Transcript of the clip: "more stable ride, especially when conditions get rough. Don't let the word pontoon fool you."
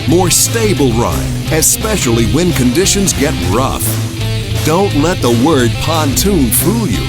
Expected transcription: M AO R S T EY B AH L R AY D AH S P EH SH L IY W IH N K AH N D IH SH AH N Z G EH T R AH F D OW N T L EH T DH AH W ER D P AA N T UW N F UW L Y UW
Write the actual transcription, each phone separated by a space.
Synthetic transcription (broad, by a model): M AO R S T EY B L R AY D AH S P EH SH L IY W IH N K AH N D IH SH AH N Z G EH T R AH F D OW N T L EH T DH AH W ER D P AA N T UW N F UW L Y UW